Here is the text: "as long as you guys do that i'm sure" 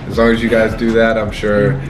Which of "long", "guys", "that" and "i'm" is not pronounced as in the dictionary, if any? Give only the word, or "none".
none